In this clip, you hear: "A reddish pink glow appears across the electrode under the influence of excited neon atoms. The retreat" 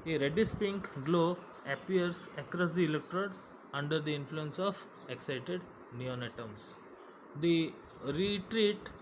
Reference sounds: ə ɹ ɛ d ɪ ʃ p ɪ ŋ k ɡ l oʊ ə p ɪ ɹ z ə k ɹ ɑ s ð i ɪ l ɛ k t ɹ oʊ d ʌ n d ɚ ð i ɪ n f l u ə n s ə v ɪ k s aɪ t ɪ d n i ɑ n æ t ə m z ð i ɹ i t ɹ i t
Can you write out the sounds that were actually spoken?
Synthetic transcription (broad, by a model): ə ɹ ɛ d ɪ s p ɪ ŋ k ɡ l oʊ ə p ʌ ɹ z ə k ɹ ɑ s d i ɪ l ɛ k t ɹ oʊ d ʌ n d ɚ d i ɪ n f l u ə n s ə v ɪ k s aɪ t ɪ d n i ɑ n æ t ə m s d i ɹ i t ɹ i t